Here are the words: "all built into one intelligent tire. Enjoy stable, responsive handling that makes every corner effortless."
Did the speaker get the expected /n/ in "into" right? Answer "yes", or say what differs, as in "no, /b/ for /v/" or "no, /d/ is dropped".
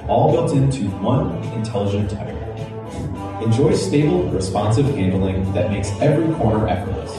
yes